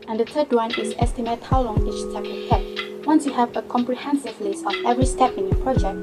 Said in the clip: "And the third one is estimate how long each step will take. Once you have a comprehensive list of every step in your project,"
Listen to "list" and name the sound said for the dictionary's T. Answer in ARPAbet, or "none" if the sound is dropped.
none